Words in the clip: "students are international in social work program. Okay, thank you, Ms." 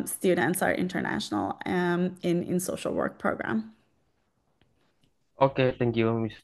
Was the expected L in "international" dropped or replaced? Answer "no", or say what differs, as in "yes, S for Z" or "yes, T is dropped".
yes, N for L